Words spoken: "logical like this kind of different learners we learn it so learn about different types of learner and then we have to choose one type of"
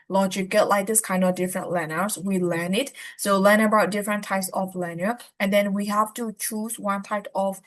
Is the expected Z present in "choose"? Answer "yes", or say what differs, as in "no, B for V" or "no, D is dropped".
no, S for Z